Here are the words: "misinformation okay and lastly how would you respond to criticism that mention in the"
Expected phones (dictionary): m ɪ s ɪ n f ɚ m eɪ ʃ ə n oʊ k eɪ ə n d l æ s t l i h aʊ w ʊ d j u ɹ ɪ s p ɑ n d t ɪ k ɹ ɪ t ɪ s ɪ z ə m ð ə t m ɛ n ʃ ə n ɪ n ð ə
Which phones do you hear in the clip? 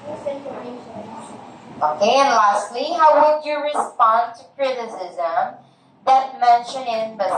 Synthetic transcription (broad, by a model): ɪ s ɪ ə k eɪ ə n l æ s t l i h aʊ w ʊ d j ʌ ɹ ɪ s p ɑ n t ɪ k ɹ ɪ t ɪ s ɪ z ə m ð ə t m ɛ n ʃ ə n ɪ n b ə